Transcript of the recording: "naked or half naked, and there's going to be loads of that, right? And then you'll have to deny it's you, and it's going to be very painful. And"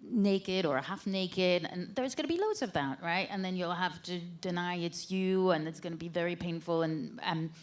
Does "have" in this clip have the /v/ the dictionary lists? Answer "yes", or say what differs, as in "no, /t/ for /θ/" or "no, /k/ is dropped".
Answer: no, /f/ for /v/